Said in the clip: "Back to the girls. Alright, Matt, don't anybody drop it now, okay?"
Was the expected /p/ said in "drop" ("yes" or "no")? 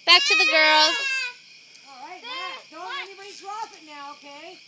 no